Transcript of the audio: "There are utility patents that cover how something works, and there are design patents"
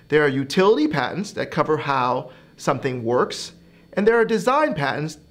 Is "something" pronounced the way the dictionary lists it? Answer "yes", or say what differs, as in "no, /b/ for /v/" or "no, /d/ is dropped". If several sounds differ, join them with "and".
yes